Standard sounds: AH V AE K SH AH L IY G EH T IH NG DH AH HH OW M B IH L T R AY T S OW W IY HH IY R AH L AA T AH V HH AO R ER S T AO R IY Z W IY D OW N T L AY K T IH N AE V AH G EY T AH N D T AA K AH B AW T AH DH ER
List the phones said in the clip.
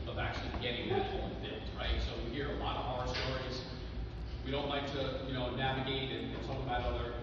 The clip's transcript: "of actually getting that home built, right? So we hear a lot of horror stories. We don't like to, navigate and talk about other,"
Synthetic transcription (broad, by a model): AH V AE K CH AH L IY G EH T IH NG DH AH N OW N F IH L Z R AY T S OW W IY HH IY R AH L AA T AH V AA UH ER S T AO R IY Z W IY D OW N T L AY K T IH N AE V AH G EY T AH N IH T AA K AH B AW T AH DH ER